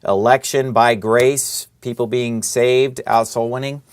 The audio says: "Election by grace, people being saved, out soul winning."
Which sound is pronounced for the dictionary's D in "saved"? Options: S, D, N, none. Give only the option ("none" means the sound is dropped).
D